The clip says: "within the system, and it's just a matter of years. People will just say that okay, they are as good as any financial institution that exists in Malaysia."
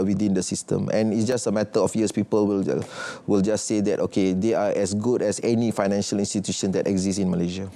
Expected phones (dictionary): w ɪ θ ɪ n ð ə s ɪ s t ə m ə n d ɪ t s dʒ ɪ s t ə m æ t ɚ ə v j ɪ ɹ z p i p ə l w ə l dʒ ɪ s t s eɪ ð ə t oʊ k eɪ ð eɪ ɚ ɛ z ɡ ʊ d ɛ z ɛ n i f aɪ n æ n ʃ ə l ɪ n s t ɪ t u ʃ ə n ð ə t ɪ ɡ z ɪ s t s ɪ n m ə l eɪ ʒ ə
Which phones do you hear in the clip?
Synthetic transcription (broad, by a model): w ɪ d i n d ə s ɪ s t ə m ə n ɪ t s dʒ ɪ s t ə m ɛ t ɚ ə f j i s p i p ə l w ə l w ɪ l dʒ s eɪ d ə t oʊ k eɪ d eɪ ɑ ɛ s ɡ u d ɛ s ɛ n i f aɪ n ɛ n ʃ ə l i n s t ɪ t u ʃ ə n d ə t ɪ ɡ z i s s ɪ n m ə l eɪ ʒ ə